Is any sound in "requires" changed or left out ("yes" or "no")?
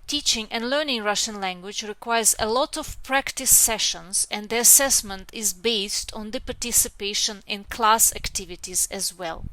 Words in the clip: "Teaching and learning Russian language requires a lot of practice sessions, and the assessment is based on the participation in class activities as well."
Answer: no